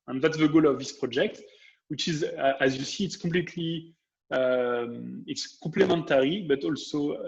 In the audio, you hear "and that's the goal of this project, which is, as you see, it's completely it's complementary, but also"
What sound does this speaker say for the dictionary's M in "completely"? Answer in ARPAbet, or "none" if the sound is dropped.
none